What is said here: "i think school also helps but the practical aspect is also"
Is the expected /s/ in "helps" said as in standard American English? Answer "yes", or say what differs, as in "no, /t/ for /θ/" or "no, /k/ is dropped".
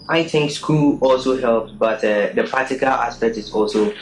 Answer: no, /s/ is dropped